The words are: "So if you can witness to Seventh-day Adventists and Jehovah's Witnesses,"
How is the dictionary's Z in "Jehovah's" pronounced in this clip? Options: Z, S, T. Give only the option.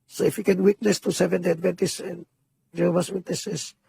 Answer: S